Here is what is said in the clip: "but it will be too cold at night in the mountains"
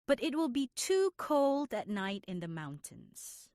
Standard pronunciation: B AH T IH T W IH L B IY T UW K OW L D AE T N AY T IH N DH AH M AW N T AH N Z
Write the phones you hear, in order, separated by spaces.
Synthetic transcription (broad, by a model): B AH T IH T W IH L B IY T UW K OW L D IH T N AY T IH N DH AH M AW N T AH N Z